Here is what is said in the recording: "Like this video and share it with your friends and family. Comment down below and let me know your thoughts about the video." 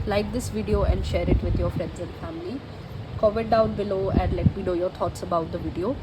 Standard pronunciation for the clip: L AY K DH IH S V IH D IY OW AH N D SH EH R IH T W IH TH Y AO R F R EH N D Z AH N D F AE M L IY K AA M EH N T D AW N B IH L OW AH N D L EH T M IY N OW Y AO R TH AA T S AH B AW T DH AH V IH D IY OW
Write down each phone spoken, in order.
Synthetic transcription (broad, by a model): L AY K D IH S V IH D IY OW AH N D SH EH R IH T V IH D Y AO R F R EH N D Z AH N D F AE M L IY K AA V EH T D AW N B IH L OW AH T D L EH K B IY L OW Y AO R T AA T S AH B AW T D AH V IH D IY OW